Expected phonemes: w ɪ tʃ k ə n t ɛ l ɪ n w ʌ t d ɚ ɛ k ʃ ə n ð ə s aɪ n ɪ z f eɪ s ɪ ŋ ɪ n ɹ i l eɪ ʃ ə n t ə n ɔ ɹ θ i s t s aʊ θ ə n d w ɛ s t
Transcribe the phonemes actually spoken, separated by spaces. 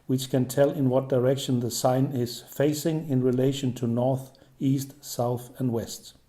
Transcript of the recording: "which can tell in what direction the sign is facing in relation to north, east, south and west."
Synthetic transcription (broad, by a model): w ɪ tʃ k ə n t ɛ l ɪ n w ʌ t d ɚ ɛ k ʃ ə n ð ə s aɪ n ɪ z f eɪ s ɪ ŋ ɪ n ɹ i l eɪ ʃ ə n t ə n ɔ ɹ θ i s t s aʊ θ ə n d w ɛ s t